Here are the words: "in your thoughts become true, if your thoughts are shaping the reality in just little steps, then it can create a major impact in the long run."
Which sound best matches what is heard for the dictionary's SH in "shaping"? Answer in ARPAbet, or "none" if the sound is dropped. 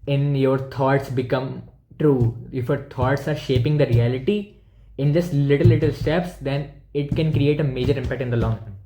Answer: SH